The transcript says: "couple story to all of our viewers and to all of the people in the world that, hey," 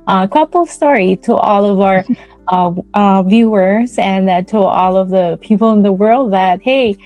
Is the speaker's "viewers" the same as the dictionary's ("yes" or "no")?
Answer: yes